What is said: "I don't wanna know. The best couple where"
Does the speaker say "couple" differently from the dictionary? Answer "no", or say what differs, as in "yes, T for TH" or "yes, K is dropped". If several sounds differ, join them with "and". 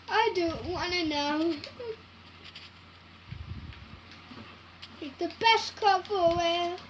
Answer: yes, F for P